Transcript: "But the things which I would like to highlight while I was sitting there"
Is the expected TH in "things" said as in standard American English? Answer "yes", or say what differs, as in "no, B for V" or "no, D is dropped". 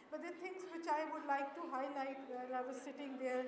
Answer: no, T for TH